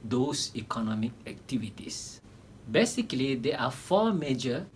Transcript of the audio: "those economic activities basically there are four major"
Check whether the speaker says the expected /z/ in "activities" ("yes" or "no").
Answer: no